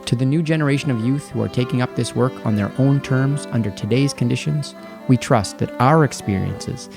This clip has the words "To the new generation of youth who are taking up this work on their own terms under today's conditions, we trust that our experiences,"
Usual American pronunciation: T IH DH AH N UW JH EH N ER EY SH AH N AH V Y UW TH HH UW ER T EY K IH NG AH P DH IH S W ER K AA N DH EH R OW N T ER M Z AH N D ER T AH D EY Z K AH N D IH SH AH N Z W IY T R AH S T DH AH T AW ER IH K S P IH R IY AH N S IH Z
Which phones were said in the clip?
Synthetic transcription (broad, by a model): T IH DH AH N UW JH EH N ER EY SH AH N AH V Y UW TH HH UW ER T EY K IH NG AH P DH IH S W ER K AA N DH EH R OW N T ER M Z AH N D ER T AH D EY Z K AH N D IH SH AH N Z W IY T R AH S T DH AH T AW ER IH K S P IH R IY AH N S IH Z